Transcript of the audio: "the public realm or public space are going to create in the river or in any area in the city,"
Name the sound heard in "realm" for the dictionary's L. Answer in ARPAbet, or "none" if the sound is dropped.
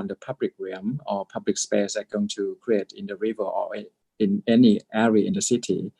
none